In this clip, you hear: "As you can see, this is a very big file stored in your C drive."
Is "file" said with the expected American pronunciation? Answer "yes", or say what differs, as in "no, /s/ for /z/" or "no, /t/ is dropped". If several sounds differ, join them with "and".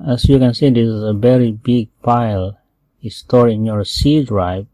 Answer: no, /p/ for /f/